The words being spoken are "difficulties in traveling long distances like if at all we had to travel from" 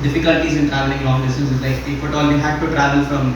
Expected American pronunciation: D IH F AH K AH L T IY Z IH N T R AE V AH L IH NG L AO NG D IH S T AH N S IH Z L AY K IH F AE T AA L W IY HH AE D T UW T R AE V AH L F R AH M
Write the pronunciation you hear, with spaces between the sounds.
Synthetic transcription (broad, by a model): D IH F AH K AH L T IY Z IH N T R AE V AH L IH NG N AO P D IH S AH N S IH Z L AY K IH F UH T AA L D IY HH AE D T UW T R AE V AH L F R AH M